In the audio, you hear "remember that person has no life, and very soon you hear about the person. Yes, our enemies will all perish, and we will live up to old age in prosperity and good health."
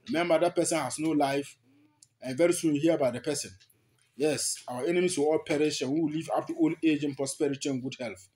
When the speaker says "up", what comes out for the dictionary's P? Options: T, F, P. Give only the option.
F